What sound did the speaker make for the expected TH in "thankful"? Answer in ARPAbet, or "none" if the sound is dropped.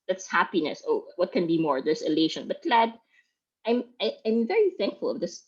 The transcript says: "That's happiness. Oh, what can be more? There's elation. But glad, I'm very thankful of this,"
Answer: TH